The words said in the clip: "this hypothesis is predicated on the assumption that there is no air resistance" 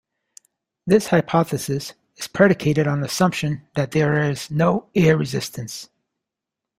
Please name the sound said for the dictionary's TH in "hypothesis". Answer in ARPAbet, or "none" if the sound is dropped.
TH